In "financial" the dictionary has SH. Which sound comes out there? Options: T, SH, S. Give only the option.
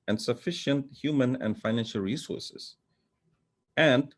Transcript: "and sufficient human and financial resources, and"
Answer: SH